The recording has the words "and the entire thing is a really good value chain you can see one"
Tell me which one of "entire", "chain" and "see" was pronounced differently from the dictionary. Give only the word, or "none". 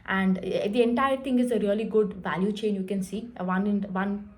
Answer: none